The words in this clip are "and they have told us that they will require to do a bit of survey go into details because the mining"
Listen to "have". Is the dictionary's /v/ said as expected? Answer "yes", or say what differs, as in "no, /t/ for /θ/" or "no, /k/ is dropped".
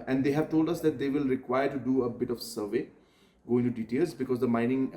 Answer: yes